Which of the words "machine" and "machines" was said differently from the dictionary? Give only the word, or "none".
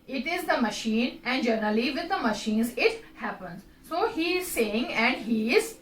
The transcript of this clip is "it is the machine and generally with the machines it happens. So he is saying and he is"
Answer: none